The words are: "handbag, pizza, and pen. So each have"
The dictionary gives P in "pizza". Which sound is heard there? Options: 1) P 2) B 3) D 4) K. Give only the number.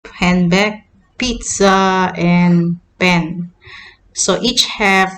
1